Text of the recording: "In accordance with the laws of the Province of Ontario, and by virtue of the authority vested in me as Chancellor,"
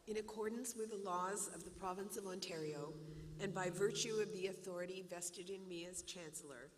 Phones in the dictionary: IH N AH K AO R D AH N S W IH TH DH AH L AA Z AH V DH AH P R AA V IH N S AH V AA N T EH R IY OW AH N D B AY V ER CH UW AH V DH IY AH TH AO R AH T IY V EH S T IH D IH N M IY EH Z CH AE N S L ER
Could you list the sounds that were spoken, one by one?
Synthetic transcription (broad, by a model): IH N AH K AO R D N S W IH DH AH L AA Z AH V DH AH P R AA V IH N S AH V AA N T EH R IY OW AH N B AY V ER CH UW AH V DH IY AH TH AO R AH T IY V EH S T IH D IH N M IY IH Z CH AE N S L ER